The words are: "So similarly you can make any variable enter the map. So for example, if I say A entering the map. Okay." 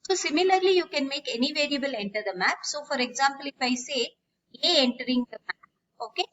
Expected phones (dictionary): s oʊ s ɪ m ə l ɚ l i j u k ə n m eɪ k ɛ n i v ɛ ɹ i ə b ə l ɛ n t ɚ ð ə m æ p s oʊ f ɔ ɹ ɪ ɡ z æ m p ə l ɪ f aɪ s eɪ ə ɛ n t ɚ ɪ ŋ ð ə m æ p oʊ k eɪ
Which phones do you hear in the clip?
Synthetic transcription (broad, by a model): s oʊ s ɪ m ə l ɚ l i j u k ə n m eɪ k ɛ n i v ɛ ɹ i ə b ə l ɛ n t ɚ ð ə m æ p s oʊ f ɔ ɹ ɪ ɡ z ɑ m p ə l ɪ f aɪ s eɪ ə ɛ n t ɚ ɪ ŋ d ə m æ p oʊ k eɪ